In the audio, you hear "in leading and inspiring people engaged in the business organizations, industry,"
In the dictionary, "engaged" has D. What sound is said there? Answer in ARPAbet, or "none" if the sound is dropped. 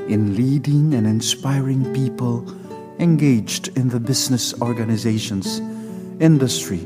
D